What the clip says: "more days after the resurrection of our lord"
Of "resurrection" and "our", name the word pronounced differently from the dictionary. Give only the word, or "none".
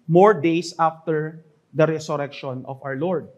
resurrection